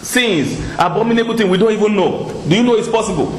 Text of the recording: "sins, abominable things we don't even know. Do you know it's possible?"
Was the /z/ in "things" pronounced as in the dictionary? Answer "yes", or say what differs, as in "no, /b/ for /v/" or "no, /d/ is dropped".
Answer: no, /z/ is dropped